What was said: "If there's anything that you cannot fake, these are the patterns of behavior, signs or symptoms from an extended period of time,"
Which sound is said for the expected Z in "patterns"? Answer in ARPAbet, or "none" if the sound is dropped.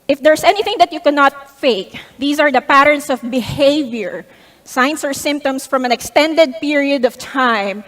S